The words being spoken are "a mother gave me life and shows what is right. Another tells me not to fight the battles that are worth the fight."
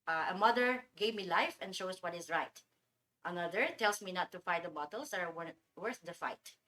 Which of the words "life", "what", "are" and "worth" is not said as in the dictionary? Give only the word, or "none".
are